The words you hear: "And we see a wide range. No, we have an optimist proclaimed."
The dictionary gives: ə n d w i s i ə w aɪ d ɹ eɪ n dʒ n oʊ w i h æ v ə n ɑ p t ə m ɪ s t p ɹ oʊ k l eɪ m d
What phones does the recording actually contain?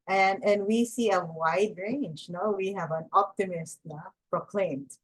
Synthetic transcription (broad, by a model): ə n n w i s i ə w aɪ d ɹ eɪ n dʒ n oʊ w i h æ v ə n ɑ p t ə m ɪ s t p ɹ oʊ k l eɪ m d